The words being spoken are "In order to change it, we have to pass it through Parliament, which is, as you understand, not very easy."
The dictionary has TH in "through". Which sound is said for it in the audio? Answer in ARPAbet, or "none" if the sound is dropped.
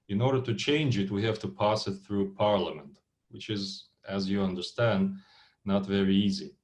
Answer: TH